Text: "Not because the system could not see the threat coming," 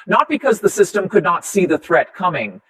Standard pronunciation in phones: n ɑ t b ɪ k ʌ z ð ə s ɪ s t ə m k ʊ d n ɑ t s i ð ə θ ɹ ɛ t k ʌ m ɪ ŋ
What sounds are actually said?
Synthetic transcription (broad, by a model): n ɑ t b ɪ k ʌ z ð ə s ɪ s t ə m k ʊ d n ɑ t s i ð ə θ ɹ ɛ t k ʌ m ɪ ŋ